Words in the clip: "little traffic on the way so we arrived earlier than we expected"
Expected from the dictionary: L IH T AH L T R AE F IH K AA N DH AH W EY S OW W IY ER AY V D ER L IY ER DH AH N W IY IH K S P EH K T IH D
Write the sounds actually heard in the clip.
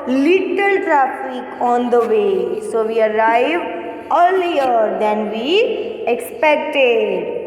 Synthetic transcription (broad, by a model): L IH T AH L T R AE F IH K AA N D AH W EY S OW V IY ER AY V ER L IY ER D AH N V IY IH K S P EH K T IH D